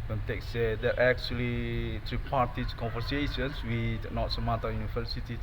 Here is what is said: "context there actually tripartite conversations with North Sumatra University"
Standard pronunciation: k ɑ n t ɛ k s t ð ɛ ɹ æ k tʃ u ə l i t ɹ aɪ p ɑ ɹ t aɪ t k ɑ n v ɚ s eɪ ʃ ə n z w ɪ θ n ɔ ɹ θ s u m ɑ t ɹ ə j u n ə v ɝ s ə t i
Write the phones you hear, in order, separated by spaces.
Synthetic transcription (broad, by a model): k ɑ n t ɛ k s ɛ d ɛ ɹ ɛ k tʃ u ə l i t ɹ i p ɑ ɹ t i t k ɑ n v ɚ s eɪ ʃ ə n s w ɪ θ n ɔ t s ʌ m ɑ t ə j u n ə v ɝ s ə t i